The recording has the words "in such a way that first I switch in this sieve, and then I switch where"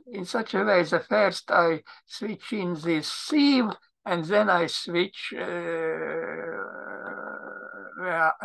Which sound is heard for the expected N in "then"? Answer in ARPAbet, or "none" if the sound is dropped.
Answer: N